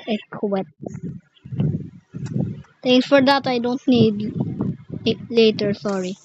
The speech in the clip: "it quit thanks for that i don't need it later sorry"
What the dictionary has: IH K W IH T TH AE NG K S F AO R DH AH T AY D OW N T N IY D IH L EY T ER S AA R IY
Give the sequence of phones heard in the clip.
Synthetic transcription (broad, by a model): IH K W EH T T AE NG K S F AO R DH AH T AY D OW N T N IY D L EY T ER S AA R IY